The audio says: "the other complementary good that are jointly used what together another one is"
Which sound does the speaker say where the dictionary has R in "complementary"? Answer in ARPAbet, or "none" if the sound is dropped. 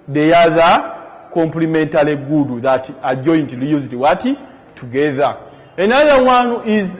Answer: L